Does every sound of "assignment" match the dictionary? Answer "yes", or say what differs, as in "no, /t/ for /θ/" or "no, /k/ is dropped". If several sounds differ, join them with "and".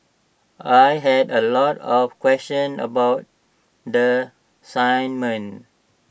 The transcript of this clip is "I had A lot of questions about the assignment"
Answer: no, /t/ is dropped